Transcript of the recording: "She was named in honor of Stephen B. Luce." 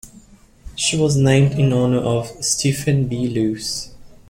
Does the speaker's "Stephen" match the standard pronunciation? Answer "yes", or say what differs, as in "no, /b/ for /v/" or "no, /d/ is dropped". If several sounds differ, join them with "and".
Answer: no, /f/ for /v/